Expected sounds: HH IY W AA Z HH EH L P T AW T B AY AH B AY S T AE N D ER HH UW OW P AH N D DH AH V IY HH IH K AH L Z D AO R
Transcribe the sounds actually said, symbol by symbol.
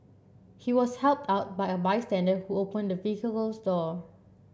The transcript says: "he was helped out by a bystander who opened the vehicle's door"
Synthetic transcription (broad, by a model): HH IY W AA S HH EH L P T AW T B AY AH B AY S T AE N D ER HH UW OW P AH N D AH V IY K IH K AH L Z D AO